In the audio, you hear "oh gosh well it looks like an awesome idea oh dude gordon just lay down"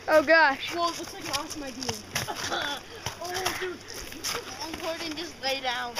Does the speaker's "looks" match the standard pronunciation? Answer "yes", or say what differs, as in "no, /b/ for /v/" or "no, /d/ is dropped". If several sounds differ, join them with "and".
no, /w/ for /l/ and /k/ is dropped